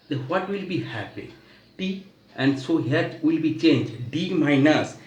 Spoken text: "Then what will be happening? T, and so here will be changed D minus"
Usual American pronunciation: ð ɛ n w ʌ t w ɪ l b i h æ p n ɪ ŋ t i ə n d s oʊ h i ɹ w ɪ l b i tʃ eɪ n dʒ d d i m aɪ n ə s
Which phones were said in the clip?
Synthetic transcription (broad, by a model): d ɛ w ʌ t w ɪ l b i h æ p ɪ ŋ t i ə n d s oʊ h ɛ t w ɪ l b i tʃ eɪ n dʒ d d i m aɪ n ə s